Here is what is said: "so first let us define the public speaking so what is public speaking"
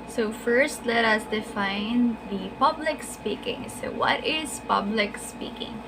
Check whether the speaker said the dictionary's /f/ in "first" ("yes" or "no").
yes